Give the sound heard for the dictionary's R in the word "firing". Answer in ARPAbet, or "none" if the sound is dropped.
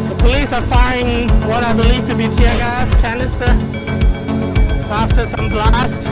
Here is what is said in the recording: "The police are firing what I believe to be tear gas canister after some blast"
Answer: none